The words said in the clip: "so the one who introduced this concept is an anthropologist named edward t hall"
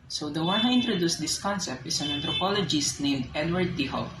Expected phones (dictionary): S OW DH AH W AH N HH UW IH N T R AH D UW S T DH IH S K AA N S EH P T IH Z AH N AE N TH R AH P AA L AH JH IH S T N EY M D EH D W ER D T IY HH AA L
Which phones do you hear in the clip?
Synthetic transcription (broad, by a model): S OW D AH W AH N HH UW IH N T R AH D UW S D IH S K AA N S EH P T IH S AH N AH N T R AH P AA L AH JH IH S T N EY M D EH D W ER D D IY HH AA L